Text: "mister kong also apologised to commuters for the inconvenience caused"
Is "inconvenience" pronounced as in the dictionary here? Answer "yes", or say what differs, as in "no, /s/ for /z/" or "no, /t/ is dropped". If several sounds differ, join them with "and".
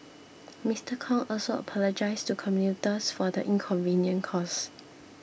no, /s/ is dropped